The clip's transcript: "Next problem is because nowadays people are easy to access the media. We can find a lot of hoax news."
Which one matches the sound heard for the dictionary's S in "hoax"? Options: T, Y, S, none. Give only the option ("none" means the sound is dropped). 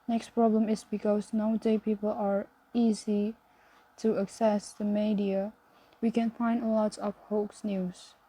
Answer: S